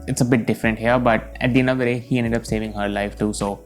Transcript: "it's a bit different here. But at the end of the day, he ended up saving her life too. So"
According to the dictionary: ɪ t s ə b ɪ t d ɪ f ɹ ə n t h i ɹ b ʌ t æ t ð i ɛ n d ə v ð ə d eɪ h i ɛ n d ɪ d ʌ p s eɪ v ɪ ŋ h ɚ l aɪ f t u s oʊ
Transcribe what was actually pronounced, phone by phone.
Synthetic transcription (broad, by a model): ɪ t s ə b ɪ t d ɪ f ɹ ə n t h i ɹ b ʌ t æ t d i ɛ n ə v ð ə d eɪ h i ɛ n d ɪ d ʌ p s eɪ v ɪ ŋ h ɚ l aɪ f t u s oʊ